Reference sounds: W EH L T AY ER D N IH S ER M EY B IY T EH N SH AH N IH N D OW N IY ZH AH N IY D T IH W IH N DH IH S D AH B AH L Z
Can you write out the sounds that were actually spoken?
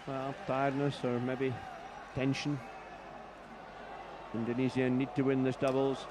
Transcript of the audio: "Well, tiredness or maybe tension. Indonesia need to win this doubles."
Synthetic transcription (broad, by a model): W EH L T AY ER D N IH S ER M EY B IY T EH N SH AH N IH N D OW N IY Z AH N IY D T IH W IH N DH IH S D AH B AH L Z